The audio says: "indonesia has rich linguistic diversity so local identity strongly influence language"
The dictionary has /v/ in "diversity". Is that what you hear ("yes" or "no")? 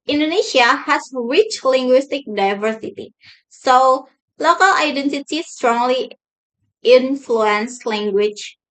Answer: yes